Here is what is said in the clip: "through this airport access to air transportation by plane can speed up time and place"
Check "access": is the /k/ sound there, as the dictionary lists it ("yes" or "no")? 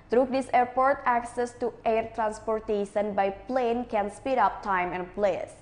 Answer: yes